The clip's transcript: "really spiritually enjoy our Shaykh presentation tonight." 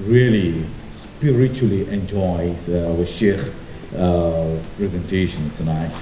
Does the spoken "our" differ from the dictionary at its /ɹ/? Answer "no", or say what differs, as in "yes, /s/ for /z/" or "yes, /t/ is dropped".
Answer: yes, /w/ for /ɹ/